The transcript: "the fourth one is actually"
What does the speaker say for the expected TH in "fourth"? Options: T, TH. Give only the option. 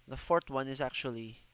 T